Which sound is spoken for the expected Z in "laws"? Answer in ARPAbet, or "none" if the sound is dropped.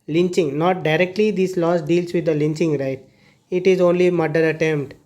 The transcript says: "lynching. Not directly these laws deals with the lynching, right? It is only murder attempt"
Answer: S